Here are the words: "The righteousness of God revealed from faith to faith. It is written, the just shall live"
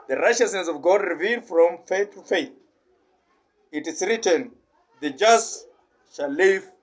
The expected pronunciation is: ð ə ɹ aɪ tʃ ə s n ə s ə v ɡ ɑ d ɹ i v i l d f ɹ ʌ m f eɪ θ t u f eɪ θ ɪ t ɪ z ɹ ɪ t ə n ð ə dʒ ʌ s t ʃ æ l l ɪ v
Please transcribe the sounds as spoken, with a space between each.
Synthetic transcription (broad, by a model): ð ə ɹ aɪ tʃ ə s n ə s ə v ɡ ɑ d ɹ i v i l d f ɹ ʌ m f eɪ θ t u f eɪ θ ɪ t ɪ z ɹ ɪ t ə n ð ə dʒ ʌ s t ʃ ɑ l l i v